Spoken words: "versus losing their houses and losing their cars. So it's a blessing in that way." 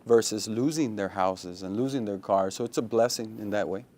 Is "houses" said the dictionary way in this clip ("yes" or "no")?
yes